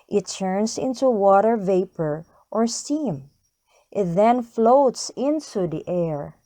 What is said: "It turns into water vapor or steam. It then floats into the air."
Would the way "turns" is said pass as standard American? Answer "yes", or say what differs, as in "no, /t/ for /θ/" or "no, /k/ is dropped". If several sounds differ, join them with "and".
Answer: no, /s/ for /z/